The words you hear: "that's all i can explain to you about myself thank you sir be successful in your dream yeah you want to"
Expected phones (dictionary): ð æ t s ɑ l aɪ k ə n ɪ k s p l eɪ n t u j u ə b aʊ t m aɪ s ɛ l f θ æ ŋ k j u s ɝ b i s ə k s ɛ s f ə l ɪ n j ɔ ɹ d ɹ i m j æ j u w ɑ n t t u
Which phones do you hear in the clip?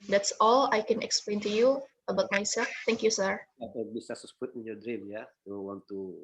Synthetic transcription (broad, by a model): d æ t s ɑ l aɪ k ə n ɪ k s p l eɪ n t u j u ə b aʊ t m aɪ s ɛ l f t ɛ ŋ k j u s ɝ b i s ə s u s p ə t ɪ n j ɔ d ɹ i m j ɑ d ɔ w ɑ n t t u